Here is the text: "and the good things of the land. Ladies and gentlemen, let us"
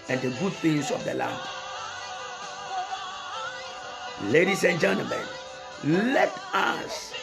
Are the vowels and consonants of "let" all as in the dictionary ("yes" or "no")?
yes